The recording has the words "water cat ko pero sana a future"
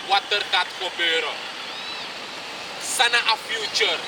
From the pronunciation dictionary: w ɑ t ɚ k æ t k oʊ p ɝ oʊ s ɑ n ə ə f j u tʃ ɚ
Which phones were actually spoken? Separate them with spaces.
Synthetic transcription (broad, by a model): w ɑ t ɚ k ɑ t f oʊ b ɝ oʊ s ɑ n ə ə f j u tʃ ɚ